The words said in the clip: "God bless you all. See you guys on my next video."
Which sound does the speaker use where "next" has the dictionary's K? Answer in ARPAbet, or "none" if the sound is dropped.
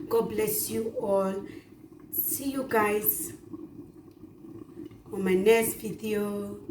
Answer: none